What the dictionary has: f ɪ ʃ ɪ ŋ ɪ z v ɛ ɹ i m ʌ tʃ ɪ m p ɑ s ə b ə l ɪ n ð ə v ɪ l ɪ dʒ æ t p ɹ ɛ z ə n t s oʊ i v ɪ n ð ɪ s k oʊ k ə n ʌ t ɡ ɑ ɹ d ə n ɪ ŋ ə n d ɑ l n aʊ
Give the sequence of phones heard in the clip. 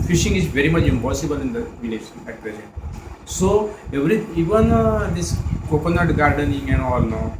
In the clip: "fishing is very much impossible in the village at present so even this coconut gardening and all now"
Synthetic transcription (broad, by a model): f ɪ ʃ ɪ ŋ ɪ z v ɛ ɹ i m ʌ tʃ ɪ m p ɑ s ə b ə l ɪ n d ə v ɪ n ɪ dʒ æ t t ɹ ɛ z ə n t s oʊ i v ɪ n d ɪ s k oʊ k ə n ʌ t ɡ ɑ ɹ d ə n ɪ ŋ ə n d ɑ l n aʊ